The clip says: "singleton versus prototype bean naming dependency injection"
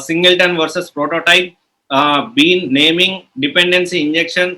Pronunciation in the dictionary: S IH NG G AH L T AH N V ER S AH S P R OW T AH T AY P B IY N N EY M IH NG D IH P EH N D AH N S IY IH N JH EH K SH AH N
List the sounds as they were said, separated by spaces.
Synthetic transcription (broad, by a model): S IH NG G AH L T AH N V ER S AH S P R OW T AH T AY P B IY N N EY M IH NG D IH P EH N D AH N S IY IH N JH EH K SH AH N